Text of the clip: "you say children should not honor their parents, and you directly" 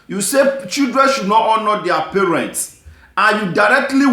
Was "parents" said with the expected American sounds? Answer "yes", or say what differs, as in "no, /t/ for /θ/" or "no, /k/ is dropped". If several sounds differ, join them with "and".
yes